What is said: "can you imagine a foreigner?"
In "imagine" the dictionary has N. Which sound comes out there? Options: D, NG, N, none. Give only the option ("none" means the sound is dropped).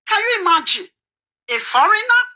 none